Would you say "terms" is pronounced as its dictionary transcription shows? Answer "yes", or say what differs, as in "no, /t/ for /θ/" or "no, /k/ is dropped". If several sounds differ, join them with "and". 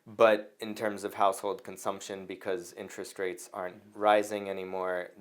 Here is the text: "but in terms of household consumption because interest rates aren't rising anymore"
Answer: yes